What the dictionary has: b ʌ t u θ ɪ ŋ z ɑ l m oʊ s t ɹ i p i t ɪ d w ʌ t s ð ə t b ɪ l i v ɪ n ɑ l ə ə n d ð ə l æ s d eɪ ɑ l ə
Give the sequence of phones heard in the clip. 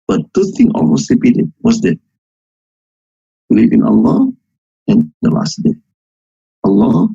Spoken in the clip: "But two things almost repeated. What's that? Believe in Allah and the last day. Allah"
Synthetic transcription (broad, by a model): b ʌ t u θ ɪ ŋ ɑ l m oʊ s t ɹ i p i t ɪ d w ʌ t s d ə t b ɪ l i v ɪ n ɑ l ə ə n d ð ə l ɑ s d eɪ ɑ l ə